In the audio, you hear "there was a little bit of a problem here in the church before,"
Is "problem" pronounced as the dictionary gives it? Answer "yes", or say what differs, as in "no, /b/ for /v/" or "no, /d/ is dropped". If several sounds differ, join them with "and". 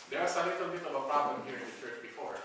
yes